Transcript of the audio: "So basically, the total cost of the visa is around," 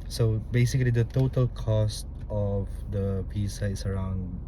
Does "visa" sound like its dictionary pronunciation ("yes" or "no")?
no